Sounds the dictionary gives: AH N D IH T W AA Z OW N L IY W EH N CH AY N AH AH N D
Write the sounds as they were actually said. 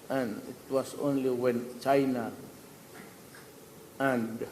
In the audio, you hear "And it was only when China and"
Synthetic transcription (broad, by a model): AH N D IH T W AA S OW N L IY W EH N CH AY N AH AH N D